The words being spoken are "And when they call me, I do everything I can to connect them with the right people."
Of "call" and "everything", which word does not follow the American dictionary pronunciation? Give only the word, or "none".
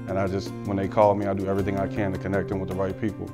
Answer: none